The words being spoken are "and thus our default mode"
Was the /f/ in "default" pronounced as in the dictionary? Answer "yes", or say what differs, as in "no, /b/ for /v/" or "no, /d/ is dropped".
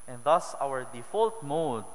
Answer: yes